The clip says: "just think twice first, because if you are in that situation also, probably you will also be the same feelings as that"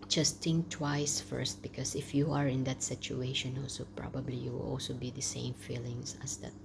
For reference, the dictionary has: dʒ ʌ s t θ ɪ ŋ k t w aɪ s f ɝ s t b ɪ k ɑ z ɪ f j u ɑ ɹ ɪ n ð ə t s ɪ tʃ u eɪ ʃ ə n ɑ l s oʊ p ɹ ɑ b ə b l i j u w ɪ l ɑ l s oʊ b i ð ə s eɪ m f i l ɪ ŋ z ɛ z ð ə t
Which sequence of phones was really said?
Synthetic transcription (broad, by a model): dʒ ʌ s t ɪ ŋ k t w aɪ s f ɝ s t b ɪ k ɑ s ɪ f j u ɑ ɹ ɪ n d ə t s ɪ tʃ u eɪ ʃ ə n ɑ l s oʊ p ɹ ɑ b ə b l i j u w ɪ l ɑ l s oʊ b i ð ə s eɪ m f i l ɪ ŋ s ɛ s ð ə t